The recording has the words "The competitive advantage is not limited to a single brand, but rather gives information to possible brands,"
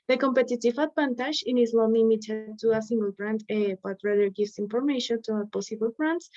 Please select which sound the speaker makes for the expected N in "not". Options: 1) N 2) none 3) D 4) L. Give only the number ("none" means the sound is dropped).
4